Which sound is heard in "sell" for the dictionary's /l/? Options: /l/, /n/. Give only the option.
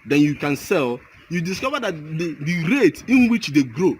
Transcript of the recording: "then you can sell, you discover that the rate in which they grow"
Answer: /l/